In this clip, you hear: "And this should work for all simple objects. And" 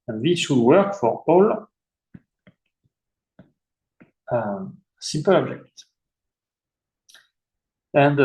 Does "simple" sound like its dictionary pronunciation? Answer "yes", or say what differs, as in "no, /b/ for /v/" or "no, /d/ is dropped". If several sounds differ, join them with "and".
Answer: no, /m/ is dropped